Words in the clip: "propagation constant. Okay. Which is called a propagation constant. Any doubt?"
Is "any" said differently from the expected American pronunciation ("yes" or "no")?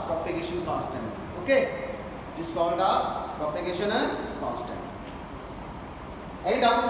yes